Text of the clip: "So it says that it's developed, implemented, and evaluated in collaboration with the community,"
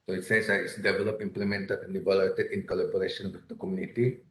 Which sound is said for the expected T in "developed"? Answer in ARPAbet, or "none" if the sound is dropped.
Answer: none